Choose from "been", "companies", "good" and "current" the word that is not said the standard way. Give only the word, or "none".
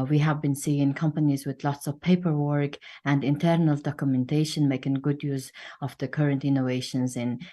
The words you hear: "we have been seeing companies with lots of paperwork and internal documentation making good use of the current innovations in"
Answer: none